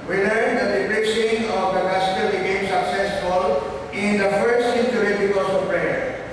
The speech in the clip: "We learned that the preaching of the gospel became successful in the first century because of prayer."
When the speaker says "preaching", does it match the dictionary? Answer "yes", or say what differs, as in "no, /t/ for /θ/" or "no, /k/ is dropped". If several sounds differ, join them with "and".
no, /b/ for /p/